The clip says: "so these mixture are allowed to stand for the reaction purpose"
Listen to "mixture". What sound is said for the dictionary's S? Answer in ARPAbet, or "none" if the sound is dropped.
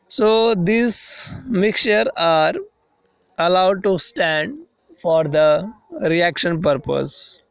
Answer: none